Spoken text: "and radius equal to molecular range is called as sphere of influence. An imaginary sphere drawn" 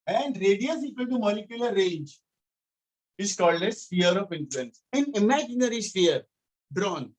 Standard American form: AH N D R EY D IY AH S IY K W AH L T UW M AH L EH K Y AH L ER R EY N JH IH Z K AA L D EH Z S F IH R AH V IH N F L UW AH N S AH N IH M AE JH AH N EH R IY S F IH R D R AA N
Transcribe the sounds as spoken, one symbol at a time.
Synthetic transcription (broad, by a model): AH N D R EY D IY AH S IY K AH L T UW M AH L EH K Y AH L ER R EY N JH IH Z K AA L D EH S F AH R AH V IH N F L UW AH N S AH N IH M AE JH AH N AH R IY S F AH R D R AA N